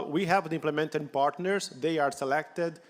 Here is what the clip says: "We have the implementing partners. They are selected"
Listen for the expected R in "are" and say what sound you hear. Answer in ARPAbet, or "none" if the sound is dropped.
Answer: R